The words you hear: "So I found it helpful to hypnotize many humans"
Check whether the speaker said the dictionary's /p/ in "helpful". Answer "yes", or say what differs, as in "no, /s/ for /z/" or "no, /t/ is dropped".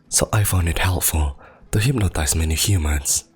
yes